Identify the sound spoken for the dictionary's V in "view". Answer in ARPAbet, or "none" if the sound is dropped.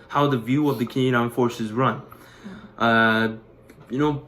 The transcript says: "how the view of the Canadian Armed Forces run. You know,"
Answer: V